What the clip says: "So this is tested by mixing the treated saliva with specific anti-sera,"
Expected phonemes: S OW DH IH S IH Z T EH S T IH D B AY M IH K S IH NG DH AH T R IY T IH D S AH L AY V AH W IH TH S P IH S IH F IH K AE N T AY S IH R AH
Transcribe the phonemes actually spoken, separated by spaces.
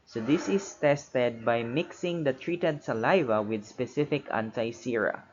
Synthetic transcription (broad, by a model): S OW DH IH S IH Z T EH S T IH D B AY M IH K S IH NG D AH T R IY T IH D S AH L AY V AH W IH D S P IH S IH F IH K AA N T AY S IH R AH